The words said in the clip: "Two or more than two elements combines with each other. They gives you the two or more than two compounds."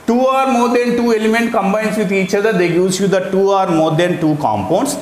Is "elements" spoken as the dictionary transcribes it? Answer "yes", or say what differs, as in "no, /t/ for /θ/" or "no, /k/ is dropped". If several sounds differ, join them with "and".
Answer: no, /s/ is dropped